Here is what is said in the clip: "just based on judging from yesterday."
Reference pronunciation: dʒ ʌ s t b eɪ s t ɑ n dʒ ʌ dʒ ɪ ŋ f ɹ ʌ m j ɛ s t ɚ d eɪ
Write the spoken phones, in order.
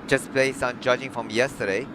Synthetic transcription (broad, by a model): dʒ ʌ s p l eɪ s ɑ n dʒ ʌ dʒ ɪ ŋ f ɹ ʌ m j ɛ s t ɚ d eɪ